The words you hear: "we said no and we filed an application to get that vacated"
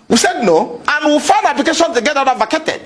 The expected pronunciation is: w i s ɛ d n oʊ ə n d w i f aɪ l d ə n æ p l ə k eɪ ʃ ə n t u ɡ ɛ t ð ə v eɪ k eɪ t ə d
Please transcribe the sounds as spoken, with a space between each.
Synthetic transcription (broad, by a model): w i s ɛ d n oʊ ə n w i f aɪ n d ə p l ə k eɪ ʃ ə n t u ɡ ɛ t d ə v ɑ k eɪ t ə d